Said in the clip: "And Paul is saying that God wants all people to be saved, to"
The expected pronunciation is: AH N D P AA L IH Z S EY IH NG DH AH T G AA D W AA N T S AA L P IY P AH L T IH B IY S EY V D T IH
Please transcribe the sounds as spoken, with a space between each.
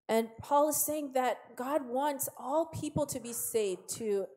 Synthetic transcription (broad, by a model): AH N P AA L IH Z S EY IH NG DH AH T G AA D W AA N T S AA L P IY P L T IH B IY S EY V T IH